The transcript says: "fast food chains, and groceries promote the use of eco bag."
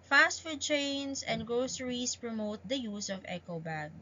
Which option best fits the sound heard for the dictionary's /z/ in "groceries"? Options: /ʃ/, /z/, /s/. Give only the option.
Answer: /s/